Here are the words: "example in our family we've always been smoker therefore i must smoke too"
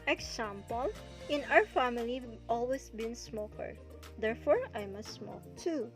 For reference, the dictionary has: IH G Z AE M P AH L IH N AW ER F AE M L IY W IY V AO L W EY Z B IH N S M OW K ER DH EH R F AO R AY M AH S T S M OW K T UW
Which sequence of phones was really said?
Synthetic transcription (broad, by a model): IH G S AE M P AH L IH N AW ER F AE M IY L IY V AO L W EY S B IH N S M OW K ER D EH R F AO R AY M AH S T S M OW K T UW